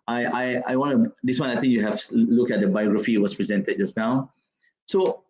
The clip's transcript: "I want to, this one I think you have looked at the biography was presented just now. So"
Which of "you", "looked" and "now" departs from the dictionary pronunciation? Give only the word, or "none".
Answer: looked